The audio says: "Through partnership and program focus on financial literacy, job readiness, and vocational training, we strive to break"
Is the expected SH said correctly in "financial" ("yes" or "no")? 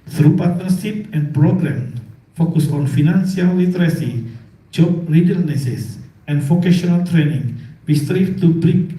no